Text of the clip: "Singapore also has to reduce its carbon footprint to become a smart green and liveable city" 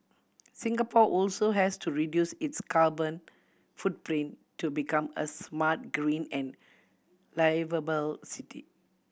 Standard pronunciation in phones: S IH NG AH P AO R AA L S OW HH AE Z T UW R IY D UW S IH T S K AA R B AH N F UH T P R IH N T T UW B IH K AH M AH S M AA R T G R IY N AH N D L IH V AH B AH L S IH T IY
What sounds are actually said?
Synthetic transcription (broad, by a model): S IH NG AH P AO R AA L S OW HH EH S T UW R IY D UW S IH T S K AA L B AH N F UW T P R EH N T T UW B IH K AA M AH S M AA T G R IY N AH N L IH V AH B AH L S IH T IY